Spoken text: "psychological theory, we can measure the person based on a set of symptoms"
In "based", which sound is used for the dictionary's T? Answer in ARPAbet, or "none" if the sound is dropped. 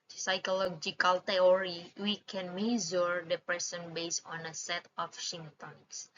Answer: none